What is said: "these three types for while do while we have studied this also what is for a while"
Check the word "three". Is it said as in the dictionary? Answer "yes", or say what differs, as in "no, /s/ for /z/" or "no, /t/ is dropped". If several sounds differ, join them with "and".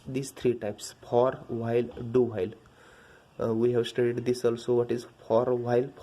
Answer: no, /t/ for /θ/